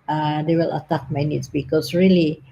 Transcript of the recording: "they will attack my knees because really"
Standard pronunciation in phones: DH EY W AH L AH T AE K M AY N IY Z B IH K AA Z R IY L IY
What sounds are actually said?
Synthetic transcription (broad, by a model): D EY W AH L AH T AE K M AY N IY S B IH K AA S R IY L IY